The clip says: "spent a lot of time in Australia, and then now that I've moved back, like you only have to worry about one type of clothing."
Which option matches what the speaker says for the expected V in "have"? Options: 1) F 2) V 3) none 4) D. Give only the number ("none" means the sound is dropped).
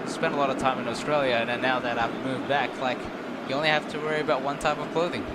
1